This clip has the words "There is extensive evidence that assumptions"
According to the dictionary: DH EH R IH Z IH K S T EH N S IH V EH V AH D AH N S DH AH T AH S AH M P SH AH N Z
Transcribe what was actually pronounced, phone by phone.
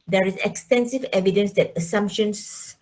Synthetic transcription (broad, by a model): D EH R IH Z IH K S T EH N S IH V EH V AH D AH N S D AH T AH S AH M P SH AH N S